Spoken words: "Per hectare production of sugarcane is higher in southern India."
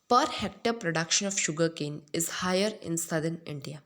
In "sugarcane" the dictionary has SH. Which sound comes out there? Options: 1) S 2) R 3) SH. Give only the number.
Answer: 3